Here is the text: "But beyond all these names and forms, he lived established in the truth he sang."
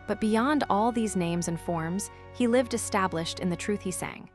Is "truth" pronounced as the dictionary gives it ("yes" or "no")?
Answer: yes